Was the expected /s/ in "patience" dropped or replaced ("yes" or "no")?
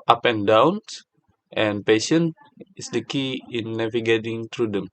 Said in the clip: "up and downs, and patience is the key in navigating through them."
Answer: yes